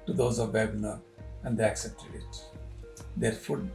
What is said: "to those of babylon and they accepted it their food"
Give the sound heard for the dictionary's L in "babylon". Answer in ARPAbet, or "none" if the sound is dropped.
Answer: N